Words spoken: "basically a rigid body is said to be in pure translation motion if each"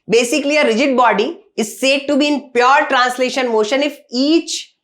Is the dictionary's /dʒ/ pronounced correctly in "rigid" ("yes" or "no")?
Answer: yes